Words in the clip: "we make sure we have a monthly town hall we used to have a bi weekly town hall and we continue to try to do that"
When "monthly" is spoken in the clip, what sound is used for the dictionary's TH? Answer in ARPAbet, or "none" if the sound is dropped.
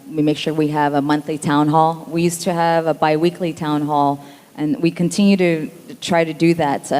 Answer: TH